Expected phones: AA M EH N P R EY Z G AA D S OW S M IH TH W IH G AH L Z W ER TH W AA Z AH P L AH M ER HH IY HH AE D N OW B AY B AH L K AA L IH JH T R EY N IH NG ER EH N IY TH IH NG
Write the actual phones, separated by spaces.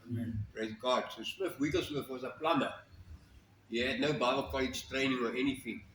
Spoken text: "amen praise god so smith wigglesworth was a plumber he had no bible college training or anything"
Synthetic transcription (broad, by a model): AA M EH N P R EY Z G AA D S OW S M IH F W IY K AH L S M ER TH W AA Z AH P L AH M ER HH IY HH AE D N OW B AY B AH L K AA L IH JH T R EY N IH NG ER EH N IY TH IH NG